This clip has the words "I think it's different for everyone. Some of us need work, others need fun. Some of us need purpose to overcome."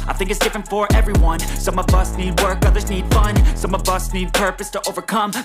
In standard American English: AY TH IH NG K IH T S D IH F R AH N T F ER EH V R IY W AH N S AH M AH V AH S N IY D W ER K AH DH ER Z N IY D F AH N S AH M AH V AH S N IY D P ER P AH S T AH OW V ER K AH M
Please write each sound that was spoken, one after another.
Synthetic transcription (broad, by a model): AY TH IH NG K IH T S D IH F R AH N T F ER EH V R IY W AH N S AH M AH V AH S N IY D W ER K AH DH ER Z N IY D F AH N S AH M AH V AH S N IY D P ER P AH S T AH OW V ER K AH M